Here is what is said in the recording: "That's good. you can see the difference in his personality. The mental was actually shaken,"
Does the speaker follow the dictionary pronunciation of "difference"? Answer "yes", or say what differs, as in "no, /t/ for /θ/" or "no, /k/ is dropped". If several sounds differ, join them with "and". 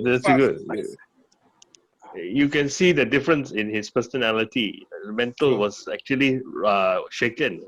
yes